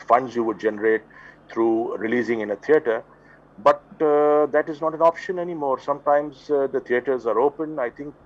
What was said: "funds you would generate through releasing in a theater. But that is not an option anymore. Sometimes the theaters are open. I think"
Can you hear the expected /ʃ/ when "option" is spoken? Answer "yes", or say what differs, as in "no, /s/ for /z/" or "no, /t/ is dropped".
yes